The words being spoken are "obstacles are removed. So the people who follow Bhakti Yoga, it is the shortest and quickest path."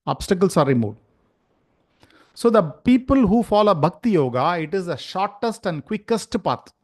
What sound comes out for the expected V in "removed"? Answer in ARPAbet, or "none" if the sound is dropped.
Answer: none